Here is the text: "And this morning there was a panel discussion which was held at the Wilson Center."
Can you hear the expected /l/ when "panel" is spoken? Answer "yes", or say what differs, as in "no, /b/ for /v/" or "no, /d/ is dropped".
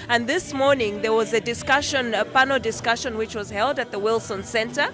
no, /n/ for /l/